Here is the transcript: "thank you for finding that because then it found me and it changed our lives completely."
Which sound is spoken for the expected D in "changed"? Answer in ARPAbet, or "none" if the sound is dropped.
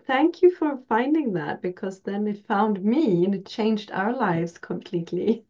D